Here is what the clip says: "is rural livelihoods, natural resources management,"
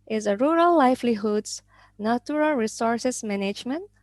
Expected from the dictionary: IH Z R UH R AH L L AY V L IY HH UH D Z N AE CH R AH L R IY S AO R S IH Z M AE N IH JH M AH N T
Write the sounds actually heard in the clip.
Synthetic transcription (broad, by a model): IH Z R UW R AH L L AY F L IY HH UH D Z N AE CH R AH L R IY S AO R S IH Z M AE N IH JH M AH N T